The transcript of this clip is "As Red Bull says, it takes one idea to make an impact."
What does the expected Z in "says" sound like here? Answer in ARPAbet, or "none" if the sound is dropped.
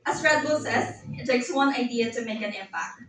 S